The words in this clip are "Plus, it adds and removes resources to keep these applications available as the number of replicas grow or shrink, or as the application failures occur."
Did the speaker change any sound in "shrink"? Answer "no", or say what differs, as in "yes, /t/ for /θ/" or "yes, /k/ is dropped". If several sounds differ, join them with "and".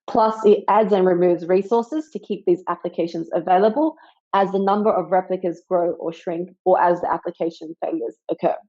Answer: no